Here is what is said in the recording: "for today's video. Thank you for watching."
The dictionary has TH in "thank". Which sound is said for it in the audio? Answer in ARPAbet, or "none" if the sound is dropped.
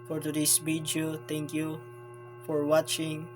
T